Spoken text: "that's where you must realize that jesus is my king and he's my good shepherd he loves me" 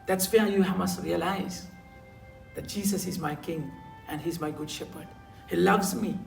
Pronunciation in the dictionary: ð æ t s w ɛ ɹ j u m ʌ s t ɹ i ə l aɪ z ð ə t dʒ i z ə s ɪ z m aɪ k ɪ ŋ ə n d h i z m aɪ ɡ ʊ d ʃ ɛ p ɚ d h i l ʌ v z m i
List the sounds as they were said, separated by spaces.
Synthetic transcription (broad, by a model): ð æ t s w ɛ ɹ j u m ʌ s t ɹ i ə l aɪ z ð ə t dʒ i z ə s ɪ z m aɪ k ɪ ŋ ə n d h i z m aɪ ɡ ʊ d ʃ ɛ p ɚ d h i l ʌ v z m i